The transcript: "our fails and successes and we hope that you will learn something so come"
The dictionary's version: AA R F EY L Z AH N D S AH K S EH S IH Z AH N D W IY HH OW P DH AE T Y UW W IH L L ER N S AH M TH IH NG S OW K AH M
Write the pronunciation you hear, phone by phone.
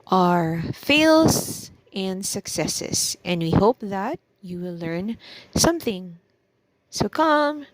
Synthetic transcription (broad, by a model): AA R F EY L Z AH N D S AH K S EH S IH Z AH N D W IY HH OW P DH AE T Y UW W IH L L ER N S AH M TH IH NG S OW K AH M